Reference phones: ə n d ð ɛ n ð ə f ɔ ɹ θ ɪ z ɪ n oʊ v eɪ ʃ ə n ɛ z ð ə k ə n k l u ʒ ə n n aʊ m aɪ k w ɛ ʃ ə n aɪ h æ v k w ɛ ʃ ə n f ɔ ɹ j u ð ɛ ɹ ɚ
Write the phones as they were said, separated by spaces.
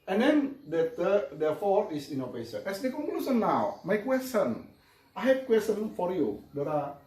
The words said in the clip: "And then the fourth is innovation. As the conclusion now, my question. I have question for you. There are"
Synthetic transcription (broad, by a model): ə n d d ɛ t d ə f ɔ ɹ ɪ s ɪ n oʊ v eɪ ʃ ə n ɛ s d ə k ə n k l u s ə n n aʊ m aɪ k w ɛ s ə n aɪ h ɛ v k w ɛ s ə n f ɔ ɹ j u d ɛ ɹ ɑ